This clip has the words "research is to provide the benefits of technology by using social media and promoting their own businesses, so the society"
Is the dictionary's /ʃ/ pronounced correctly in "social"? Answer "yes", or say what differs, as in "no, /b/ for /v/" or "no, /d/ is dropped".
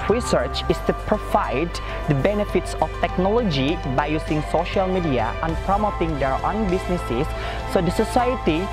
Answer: yes